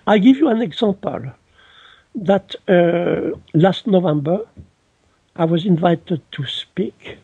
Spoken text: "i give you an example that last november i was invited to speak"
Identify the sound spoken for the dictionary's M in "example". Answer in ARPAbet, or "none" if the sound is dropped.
none